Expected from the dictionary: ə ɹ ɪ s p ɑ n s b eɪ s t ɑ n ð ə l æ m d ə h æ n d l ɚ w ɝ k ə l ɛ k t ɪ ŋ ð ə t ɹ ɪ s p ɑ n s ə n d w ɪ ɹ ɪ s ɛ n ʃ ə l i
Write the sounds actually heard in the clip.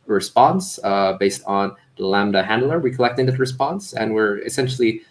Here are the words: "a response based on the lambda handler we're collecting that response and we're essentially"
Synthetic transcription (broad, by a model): ɹ ɪ s p ɑ n s b eɪ s t n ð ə l æ m d ə h æ n d l ɚ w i k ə l ɛ k t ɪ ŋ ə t ɹ ɪ s p ɑ n s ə n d w ɪ ɹ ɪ s ɛ n ʃ l i